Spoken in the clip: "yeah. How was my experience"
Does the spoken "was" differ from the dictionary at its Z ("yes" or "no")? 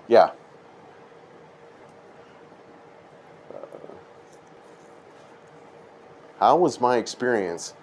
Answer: no